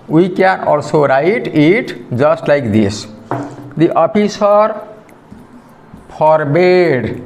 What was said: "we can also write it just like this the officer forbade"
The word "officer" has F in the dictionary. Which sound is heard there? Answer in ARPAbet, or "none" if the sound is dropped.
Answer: P